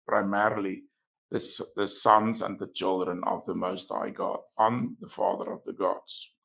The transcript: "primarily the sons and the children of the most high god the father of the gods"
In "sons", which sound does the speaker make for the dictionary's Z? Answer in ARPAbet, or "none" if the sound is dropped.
Z